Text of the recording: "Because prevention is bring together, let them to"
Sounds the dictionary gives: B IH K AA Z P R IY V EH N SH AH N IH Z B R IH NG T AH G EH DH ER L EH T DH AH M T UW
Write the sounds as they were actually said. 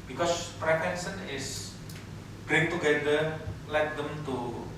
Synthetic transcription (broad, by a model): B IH K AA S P R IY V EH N S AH N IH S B R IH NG T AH G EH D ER L EH T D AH M T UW